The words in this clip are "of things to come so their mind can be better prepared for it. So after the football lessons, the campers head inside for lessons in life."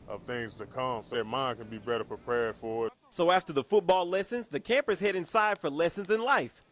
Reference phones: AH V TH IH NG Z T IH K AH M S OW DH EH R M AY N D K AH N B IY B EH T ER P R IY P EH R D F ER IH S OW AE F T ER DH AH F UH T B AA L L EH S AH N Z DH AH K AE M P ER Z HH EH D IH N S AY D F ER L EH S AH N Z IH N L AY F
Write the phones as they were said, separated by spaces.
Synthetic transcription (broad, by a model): AH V TH IH NG Z T IH K AH M S OW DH M AY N K AH N B IY B EH T ER P R IY P EH R D F ER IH S OW AE F T ER DH AH F UH T B AA L L EH S AH N Z DH AH K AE M P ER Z HH EH D IH N S AY D F ER L EH S AH N Z IH N L AY F